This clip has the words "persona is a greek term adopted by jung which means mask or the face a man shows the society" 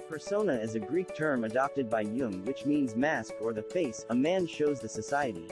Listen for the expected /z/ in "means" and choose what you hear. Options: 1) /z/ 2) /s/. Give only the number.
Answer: 1